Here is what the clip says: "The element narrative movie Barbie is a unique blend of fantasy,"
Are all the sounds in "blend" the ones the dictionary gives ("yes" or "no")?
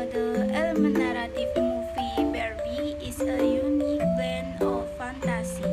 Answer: no